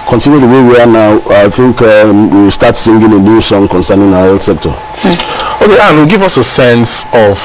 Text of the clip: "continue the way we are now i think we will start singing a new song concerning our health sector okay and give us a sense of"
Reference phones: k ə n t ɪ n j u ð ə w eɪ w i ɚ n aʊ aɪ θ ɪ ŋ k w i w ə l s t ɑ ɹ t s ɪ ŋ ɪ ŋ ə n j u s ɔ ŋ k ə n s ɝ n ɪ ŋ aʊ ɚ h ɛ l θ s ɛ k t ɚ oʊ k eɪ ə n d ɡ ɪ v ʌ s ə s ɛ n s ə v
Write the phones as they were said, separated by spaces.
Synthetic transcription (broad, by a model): k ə n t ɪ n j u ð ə w eɪ w i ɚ n aʊ aɪ θ ɪ ŋ k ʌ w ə w s t ɑ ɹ t s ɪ ŋ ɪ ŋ ə n j u s ɔ ŋ k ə n s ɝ n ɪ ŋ aʊ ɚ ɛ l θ s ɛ k t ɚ oʊ k eɪ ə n ɡ ɪ v ʌ s ə s ɛ n s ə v